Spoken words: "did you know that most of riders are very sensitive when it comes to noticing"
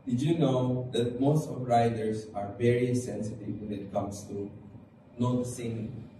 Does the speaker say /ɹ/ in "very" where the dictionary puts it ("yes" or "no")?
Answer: yes